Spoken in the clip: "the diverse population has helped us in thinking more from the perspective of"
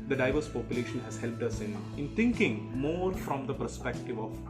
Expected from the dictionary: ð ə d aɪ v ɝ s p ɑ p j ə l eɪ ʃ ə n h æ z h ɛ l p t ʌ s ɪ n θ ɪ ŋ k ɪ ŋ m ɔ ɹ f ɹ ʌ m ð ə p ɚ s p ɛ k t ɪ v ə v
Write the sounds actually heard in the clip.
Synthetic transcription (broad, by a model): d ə d aɪ v ɝ s p ɑ p j ə l eɪ ʃ ə n h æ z h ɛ l p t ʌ s ɪ n t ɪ ŋ k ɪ ŋ m ɔ ɹ f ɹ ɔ m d ə p ɚ s p ɛ k t ɪ v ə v